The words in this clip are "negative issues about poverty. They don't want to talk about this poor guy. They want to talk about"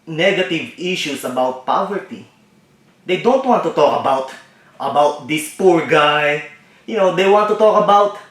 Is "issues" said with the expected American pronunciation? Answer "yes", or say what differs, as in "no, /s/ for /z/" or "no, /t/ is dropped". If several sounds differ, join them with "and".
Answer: no, /s/ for /z/